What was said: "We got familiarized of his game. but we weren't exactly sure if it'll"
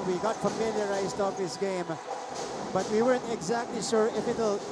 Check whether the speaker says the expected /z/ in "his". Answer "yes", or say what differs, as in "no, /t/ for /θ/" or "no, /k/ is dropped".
no, /s/ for /z/